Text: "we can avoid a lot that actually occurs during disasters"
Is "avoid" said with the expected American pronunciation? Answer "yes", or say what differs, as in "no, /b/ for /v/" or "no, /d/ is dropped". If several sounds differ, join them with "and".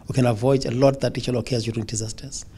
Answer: yes